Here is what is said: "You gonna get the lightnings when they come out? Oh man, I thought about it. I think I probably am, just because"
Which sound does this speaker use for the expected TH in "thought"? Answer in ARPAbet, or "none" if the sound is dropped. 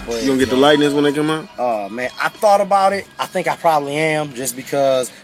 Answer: TH